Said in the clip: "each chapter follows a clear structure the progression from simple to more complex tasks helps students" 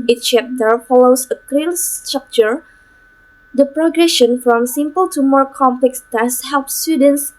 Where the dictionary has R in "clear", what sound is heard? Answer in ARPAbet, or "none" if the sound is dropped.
L